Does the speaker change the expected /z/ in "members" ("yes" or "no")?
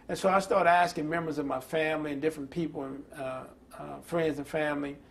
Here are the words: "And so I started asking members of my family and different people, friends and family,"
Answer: no